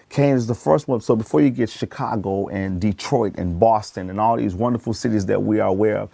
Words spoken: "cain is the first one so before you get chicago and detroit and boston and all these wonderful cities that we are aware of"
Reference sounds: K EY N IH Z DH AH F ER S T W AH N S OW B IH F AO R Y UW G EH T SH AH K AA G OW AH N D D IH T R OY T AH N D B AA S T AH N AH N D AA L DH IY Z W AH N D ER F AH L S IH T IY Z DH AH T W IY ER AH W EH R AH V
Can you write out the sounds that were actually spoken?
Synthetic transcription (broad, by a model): K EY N IH Z DH AH F ER S T W AH N S OW B IH F AO R Y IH G EH T SH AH K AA G OW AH N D D IH T R OY T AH N B AA S T AH N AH N AA L DH IY Z W AH N D ER F L S IH T IY Z DH AH T W IY ER AH W EH R AH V